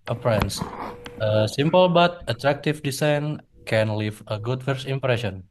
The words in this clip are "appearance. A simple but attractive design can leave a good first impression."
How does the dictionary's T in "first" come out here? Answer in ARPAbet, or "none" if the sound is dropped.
none